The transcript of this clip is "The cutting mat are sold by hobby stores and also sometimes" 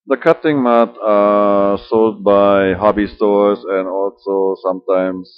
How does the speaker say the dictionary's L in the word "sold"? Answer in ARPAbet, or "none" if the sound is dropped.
L